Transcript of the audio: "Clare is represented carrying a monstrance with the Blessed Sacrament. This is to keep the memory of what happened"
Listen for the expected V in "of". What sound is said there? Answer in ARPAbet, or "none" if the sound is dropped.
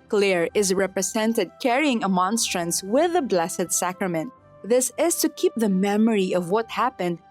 V